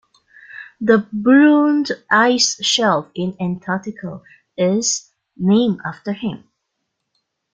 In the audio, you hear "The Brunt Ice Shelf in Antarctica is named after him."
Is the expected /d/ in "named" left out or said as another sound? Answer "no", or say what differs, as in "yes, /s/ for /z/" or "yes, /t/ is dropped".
yes, /d/ is dropped